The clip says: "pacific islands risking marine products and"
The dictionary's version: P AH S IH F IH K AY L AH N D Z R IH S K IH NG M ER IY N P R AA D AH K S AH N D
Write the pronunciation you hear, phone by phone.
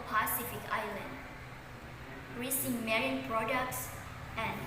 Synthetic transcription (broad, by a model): P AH S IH F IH K AY L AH N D R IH S IH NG M ER IY N P R AA D AH K S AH N